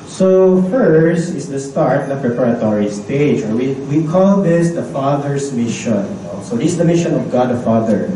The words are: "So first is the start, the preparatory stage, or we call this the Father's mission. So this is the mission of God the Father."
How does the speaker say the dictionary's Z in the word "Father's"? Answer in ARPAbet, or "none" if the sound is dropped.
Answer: S